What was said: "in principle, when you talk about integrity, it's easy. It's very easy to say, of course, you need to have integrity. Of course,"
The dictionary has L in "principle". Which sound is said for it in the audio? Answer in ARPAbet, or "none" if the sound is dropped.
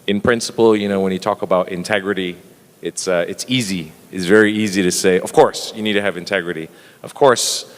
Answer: N